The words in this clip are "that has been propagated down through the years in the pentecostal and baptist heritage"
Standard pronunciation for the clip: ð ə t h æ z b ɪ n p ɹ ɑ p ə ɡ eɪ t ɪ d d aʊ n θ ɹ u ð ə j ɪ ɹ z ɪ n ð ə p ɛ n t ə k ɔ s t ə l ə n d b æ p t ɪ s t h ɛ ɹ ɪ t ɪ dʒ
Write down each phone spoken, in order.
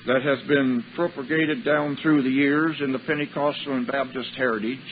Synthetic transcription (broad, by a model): ð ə t h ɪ z b ɪ n p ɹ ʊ p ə ɡ eɪ t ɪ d d aʊ n θ ɹ u ð ə j ɪ ɹ z ɪ n ð ə p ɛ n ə k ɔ s t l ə n b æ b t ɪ s t h ɛ ɹ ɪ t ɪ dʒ